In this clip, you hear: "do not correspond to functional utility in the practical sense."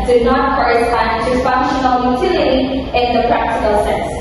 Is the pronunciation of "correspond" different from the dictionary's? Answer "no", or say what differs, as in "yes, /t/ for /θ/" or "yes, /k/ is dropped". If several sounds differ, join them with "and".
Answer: yes, /p/ is dropped